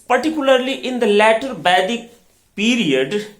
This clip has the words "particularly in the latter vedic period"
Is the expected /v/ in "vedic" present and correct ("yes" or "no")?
no